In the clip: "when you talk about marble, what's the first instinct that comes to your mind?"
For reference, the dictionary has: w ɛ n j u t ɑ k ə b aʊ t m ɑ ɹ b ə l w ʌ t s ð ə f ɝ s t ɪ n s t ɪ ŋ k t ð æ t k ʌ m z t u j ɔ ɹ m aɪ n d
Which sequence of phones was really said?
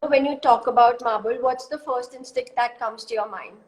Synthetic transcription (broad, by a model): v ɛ n j u t ɑ k ə b aʊ t m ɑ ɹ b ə l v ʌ t s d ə f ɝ s t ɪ n s t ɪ k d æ t k ʌ m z t u j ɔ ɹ m aɪ n d